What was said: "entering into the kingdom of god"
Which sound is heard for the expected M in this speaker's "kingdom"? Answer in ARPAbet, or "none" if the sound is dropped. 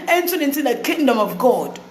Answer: M